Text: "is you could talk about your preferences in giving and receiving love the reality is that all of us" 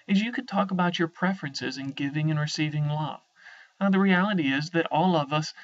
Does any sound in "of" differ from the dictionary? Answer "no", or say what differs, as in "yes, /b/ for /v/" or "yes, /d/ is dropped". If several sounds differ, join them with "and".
no